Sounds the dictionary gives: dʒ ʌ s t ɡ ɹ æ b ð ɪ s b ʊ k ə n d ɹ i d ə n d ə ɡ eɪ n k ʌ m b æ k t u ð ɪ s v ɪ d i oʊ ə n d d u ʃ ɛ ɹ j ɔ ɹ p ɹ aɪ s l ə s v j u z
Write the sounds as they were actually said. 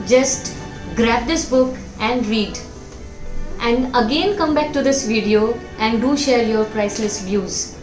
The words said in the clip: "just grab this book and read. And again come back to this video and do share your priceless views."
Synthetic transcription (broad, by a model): dʒ ʌ s t ɡ ɹ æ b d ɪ s b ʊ k ə n d ɹ i d ə n d ə ɡ eɪ n k ʌ m b æ k t u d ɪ s v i d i oʊ ə n d d u ʃ ɛ ɹ j ɔ ɹ p ɹ aɪ s l ə s v j u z